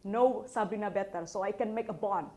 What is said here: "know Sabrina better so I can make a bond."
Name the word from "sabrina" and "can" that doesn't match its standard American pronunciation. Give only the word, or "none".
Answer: sabrina